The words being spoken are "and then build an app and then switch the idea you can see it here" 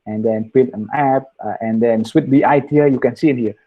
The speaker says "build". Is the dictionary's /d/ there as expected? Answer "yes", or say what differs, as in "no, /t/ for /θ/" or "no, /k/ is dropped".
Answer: no, /d/ is dropped